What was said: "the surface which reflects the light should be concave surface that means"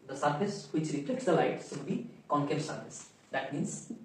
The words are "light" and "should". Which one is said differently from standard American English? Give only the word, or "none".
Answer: should